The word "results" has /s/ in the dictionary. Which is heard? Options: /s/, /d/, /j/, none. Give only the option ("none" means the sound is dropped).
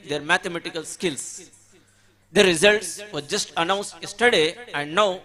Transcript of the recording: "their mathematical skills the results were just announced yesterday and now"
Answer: /s/